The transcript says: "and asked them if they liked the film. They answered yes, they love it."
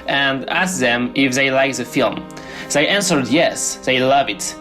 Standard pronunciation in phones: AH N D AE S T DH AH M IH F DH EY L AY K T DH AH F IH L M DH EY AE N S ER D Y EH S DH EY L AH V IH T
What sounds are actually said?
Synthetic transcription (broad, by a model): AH N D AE S DH AH M IH F DH EY L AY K DH AH F IH L M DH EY AE N S ER D Y EH S DH EY L AH V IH T